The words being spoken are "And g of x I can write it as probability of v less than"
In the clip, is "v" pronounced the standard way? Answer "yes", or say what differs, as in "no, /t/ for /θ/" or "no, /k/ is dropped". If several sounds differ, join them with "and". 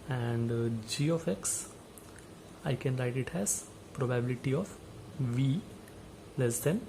yes